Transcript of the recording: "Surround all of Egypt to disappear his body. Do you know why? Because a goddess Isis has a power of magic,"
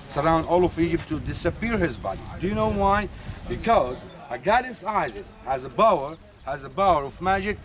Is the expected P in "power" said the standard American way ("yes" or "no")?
no